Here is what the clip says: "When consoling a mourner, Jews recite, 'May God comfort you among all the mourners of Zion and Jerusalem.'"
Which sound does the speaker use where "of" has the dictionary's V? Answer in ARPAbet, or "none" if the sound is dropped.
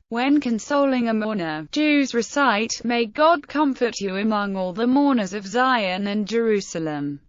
V